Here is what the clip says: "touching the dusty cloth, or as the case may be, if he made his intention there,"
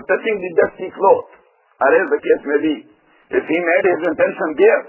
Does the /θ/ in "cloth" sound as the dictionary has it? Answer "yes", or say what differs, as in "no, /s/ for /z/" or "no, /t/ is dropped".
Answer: no, /t/ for /θ/